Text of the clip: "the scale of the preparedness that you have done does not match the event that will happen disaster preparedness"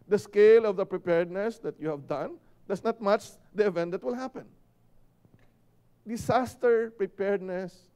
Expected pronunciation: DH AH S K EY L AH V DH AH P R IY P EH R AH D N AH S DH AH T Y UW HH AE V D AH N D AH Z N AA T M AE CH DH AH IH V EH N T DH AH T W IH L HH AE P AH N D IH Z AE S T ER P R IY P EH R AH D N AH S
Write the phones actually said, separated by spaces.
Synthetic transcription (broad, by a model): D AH S K EY L AH V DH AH P R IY P EH R D N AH S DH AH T Y UW HH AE V D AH N D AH S N AA T M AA CH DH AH IH V EH N T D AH T W IH L HH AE P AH N D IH S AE S T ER P R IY P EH R D N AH S